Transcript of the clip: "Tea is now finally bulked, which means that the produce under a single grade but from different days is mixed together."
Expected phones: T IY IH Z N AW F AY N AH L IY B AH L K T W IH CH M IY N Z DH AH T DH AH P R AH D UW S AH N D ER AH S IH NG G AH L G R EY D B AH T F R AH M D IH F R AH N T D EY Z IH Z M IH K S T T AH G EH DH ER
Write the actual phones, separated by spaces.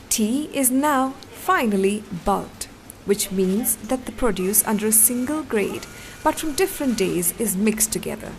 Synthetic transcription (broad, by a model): T IY IH Z N AW F AY N AH L IY B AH L T W IH CH M IY N Z DH AH T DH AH P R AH D UW S AH N D ER AH S IH NG G AH L G R EY D B AH T F R AH M D IH F R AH N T D EY Z IH Z M IH K S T T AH G EH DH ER